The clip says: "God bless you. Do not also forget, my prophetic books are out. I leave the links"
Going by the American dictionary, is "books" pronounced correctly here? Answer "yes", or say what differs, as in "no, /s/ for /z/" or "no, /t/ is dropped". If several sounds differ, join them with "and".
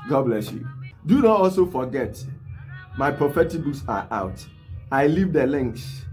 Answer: no, /k/ is dropped